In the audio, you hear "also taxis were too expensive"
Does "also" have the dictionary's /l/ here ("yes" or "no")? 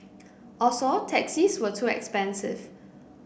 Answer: no